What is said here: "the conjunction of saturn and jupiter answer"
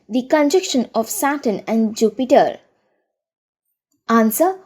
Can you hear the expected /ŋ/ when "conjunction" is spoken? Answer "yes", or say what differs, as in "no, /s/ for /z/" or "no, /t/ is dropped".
no, /ŋ/ is dropped